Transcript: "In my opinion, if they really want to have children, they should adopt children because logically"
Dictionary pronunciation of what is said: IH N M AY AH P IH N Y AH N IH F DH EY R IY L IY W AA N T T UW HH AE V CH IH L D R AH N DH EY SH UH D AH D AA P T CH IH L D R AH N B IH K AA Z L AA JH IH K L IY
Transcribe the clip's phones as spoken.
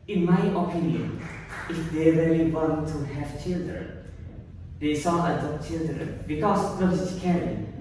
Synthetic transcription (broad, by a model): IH N M AY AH P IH N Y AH N IH F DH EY R IY L IY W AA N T T UW HH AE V CH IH L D R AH N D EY S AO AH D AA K CH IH L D R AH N B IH K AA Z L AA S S K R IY